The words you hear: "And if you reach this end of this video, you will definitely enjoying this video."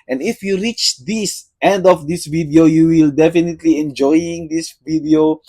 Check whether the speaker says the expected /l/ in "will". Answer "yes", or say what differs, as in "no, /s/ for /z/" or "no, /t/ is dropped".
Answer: yes